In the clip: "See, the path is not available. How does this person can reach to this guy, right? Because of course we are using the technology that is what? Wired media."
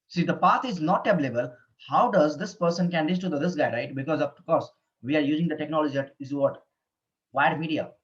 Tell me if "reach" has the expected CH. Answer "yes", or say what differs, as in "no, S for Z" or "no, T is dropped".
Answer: no, S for CH